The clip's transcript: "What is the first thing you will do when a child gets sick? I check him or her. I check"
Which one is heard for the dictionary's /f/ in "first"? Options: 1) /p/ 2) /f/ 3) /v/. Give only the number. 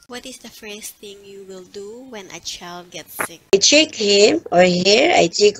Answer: 2